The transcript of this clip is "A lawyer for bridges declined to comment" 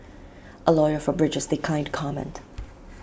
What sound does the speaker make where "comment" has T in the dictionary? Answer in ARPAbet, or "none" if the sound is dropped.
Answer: T